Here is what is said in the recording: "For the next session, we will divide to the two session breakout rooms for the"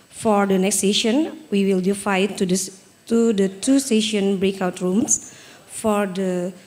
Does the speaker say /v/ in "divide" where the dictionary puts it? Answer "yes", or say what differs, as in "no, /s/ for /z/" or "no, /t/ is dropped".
no, /f/ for /v/